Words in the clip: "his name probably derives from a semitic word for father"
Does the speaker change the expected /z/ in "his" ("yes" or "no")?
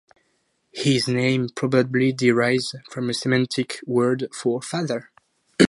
no